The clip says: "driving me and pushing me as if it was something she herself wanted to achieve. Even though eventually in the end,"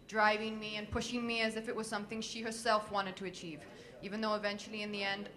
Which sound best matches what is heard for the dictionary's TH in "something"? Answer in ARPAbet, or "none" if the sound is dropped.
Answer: TH